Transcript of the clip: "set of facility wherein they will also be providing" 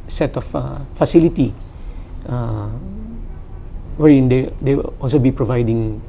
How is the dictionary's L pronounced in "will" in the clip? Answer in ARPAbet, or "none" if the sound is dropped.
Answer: W